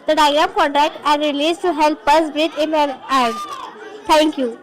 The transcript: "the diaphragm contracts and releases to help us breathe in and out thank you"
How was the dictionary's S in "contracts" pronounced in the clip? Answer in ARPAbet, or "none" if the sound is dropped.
none